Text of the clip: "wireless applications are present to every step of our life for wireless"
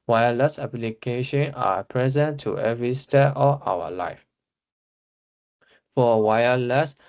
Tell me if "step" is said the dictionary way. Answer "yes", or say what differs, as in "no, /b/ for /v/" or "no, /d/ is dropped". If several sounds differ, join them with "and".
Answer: no, /p/ is dropped